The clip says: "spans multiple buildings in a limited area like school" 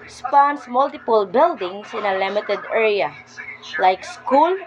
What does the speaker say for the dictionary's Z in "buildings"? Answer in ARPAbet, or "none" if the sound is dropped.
S